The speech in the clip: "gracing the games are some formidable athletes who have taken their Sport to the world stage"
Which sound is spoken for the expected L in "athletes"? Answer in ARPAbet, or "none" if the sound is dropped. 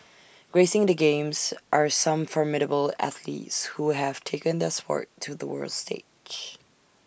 L